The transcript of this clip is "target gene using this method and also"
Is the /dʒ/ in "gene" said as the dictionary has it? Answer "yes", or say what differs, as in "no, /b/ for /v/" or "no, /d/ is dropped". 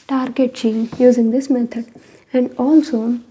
no, /tʃ/ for /dʒ/